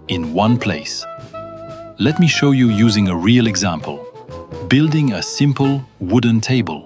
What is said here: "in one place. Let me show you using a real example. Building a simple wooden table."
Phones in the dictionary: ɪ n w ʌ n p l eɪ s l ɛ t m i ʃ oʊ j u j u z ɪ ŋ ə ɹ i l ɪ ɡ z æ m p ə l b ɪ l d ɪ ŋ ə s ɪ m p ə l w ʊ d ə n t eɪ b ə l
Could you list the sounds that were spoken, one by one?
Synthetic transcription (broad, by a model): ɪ n w ʌ n p l eɪ s l ɛ t m i ʃ oʊ j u j u z ɪ ŋ ə ɹ i l ɪ ɡ z æ m p ə l b ɪ l d ɪ ŋ ə s ɪ m p ə l w ʊ d n t eɪ b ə l